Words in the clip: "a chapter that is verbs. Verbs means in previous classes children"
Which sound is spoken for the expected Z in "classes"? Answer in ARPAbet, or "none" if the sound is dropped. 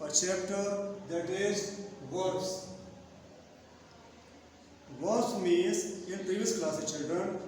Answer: none